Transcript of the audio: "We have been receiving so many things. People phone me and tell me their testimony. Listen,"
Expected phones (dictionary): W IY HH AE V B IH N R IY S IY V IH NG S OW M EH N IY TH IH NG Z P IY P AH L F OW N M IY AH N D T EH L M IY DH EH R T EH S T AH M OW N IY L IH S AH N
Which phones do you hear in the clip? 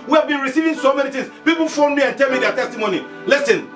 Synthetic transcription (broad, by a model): W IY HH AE V B IH N R IY S IY V IH NG S OW M EH N IY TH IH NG S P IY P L F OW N M IY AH N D T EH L M IY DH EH T EH S T AH M OW N IY L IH S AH N